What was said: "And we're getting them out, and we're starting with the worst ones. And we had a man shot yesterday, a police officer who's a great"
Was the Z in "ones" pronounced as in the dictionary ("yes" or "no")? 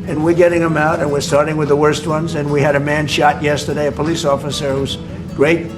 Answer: yes